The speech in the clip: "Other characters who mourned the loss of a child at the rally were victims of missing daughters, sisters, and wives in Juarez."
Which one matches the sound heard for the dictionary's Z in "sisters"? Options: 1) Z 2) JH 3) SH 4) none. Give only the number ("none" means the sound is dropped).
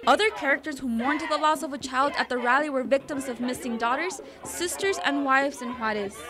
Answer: 1